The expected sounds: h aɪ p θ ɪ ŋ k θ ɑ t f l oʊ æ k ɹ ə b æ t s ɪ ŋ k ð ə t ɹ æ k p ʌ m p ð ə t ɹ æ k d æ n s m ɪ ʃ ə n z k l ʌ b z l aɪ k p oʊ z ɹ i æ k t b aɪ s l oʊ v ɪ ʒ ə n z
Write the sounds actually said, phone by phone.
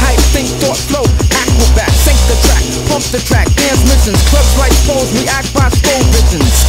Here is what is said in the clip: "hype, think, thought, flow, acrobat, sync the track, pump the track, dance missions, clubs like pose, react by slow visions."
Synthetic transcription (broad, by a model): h aɪ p s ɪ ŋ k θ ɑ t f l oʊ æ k ə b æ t s ɪ ŋ k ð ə t ɹ æ k p ʌ m p ð ə t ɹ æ k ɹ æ n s m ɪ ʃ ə n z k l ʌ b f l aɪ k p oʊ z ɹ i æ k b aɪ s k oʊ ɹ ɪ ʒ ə n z